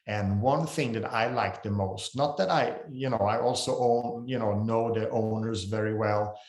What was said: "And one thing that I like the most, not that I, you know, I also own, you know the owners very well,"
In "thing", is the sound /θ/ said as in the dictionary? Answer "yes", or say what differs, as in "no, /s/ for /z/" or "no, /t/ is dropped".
yes